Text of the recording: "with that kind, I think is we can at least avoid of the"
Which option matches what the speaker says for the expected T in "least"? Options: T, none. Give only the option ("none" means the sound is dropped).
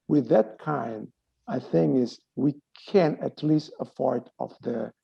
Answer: T